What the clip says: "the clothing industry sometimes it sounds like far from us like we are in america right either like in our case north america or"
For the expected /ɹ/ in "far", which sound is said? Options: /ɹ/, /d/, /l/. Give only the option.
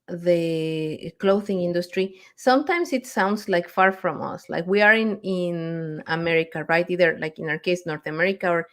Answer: /ɹ/